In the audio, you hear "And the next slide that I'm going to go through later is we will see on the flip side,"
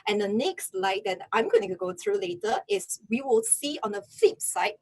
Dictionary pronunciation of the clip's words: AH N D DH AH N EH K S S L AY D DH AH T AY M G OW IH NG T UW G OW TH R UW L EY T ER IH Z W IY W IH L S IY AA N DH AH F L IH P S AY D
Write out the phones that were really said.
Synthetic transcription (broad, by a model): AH N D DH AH N EH K S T L AY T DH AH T AY M G OW IH NG T UW G OW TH R UW L EY T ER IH S W IY W IH L S IY AA N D AH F IH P S AY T